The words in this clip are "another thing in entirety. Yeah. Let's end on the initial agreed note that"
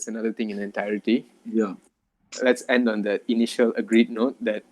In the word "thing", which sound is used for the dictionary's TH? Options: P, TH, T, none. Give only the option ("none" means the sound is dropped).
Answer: T